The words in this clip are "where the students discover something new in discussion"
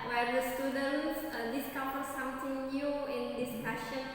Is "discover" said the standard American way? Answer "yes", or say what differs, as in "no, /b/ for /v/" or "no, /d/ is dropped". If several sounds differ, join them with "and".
no, /f/ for /v/